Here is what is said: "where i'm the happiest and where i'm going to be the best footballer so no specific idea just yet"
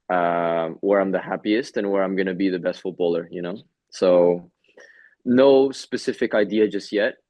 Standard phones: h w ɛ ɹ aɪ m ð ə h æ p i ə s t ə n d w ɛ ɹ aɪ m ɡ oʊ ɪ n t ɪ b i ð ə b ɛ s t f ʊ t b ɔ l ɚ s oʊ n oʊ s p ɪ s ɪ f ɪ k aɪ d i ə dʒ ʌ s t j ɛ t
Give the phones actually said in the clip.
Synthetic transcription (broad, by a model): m w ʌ ɹ aɪ m ð ə h æ p i ə s t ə n w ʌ ɹ aɪ m ɡ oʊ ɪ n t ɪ b i ð ə b ɛ s t f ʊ t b ɔ l ɚ s oʊ n oʊ s p ɪ s ɪ f ɪ k aɪ d i ə dʒ ʌ s t j ɛ t